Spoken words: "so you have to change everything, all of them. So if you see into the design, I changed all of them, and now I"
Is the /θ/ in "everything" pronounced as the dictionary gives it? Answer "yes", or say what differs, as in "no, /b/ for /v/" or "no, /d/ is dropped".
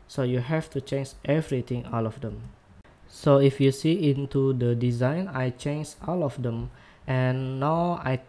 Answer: no, /t/ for /θ/